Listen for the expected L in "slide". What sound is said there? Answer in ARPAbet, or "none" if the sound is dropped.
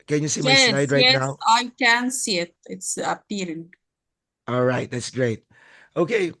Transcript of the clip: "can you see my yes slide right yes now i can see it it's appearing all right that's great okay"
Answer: none